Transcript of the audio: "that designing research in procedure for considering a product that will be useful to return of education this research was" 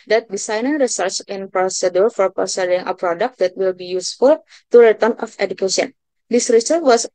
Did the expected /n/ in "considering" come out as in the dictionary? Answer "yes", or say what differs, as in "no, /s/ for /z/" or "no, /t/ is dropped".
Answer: no, /n/ is dropped